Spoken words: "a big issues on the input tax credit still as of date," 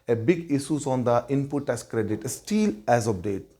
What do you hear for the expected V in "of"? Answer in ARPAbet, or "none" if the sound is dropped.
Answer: P